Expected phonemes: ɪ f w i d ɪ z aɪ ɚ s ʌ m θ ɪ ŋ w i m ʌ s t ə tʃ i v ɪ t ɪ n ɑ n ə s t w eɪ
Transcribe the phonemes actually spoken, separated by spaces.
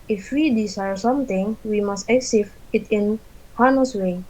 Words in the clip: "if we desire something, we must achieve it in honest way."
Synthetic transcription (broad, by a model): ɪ f w i d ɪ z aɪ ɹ s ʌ m t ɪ ŋ w i m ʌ s t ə s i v ɪ t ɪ n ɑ n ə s w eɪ